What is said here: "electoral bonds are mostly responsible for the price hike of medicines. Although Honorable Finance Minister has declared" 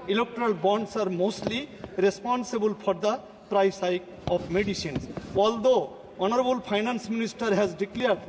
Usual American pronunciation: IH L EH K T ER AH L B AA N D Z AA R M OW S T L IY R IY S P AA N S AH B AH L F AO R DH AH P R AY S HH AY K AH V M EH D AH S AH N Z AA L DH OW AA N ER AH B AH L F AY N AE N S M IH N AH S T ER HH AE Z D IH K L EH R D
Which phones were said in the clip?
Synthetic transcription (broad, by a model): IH L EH K T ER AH L B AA N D S AA R M OW S T L IY R IY S P AA N S AH B AH L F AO R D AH P R AY S AY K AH P M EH D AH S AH N S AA L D OW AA N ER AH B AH L P AY N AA N S M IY N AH S T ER HH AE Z D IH K L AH R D